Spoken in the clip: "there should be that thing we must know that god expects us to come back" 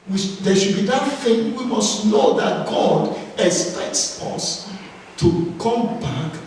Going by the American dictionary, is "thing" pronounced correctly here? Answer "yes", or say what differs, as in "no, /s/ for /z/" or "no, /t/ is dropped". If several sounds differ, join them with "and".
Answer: no, /f/ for /θ/